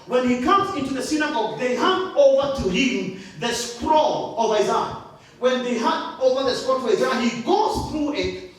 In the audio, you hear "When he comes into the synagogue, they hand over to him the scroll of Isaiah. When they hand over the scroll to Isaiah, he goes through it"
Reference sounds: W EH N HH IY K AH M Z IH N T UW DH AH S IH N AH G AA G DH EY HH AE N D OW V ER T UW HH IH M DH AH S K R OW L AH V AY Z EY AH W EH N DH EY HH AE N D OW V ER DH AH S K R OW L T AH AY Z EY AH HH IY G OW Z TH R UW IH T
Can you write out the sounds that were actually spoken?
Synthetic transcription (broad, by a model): W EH N HH IY K AH M Z IH N T UW DH AH S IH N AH G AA G DH EY HH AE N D OW V ER T UW HH IH M DH AH S K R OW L AH V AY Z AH W EH N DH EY HH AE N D OW V ER DH AH S K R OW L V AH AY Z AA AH HH IY G OW Z TH R UW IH T